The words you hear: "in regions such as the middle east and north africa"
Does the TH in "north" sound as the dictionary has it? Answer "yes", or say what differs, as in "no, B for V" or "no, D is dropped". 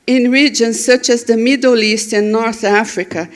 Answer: yes